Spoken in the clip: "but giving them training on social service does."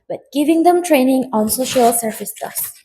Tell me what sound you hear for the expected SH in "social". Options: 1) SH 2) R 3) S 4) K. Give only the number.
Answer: 1